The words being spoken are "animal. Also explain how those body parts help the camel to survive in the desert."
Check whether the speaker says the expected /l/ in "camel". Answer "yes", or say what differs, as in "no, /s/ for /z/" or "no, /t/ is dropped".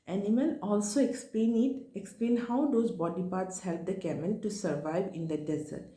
no, /n/ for /l/